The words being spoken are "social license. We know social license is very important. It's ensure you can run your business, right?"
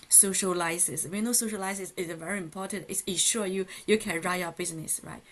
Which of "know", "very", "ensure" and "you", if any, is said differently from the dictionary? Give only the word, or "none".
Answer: ensure